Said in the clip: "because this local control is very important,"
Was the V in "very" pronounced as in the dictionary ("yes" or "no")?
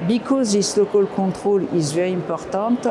no